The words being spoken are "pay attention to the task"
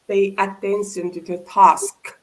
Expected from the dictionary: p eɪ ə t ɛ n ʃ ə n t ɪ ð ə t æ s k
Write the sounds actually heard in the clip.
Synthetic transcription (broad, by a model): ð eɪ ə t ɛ n s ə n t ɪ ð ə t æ s k